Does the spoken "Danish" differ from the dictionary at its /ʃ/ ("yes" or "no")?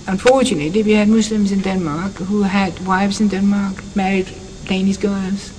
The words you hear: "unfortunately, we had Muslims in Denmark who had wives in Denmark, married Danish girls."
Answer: yes